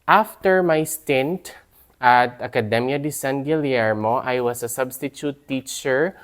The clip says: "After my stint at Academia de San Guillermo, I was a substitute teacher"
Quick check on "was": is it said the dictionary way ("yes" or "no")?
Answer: no